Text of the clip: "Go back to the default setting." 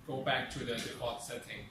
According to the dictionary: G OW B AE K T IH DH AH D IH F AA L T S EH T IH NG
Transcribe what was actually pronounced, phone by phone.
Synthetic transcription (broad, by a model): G OW B AE K T IH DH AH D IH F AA T S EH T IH NG